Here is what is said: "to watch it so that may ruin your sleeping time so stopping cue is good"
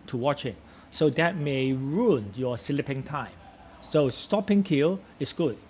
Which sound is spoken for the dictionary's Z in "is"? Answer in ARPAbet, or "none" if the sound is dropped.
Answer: S